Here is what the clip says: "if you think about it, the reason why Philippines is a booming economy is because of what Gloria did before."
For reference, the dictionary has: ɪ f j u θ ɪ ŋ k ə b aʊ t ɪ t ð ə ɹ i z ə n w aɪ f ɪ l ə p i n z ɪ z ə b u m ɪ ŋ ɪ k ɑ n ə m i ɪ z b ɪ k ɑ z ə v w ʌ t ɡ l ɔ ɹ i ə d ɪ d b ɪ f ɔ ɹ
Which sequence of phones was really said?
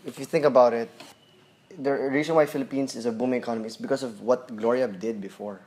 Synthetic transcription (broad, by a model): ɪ f j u θ ɪ ŋ k ə b aʊ t ɪ t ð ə ɹ i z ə n w aɪ f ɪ l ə p i n s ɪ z ə b u m ɪ ŋ ɪ k ɑ n ə m i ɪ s b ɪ k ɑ s ə v w ʌ t ɡ l ɔ ɹ i ə d ɪ d b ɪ f ɔ ɹ